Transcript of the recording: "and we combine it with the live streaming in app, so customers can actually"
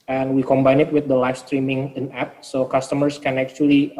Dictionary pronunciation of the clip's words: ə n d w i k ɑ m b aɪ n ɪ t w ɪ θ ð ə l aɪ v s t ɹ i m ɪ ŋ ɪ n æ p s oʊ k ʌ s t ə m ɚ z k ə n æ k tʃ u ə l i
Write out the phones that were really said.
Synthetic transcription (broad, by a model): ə n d w i k ɑ m b aɪ n ɪ t w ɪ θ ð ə l aɪ f s t ɹ i m ɪ ŋ ɪ n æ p s oʊ k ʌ s t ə m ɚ s k ə n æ k tʃ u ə l i